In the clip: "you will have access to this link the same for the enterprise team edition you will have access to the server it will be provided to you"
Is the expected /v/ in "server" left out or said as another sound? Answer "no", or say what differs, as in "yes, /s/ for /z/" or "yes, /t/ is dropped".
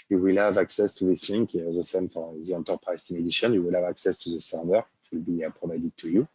yes, /w/ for /v/